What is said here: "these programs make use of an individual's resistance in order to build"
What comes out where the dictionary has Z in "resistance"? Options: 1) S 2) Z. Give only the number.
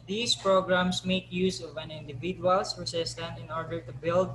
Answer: 1